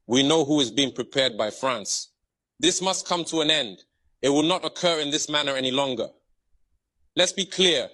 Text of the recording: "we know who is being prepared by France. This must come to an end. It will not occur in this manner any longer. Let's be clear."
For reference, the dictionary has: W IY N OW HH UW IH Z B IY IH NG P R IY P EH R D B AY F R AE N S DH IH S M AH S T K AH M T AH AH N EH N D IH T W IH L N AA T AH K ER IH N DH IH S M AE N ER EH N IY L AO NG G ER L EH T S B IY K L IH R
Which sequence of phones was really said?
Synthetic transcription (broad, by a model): W IY N OW HH UW IH Z B IY IH NG P R IY P EH R D B AY F R AE N S DH IH S M AH S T K AH M T AH AH N EH N D IH T W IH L N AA T AH K ER IH N DH IH S M AE N ER EH N IY L AO NG G ER L EH T S B IY K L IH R